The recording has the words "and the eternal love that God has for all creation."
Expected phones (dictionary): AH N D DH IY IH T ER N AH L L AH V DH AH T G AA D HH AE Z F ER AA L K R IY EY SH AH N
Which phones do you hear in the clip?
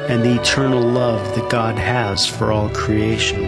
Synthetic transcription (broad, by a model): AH N DH IY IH T ER N L L AH V DH AH T G AA D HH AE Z F ER AA L K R IY EY SH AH N